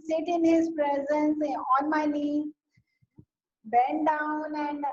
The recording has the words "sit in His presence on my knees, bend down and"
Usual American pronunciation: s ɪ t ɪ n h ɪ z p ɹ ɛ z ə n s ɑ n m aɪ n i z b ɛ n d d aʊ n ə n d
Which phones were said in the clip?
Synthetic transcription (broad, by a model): s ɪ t ɪ n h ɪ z p ɹ ɛ z ə n s ɑ n m aɪ l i b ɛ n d d aʊ n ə n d